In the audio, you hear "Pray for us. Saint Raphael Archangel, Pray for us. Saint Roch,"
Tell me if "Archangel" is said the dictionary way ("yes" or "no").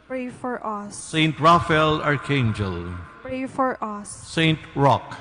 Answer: yes